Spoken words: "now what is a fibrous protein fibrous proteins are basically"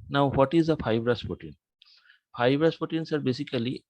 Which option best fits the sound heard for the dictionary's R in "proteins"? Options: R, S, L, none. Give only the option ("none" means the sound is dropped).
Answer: none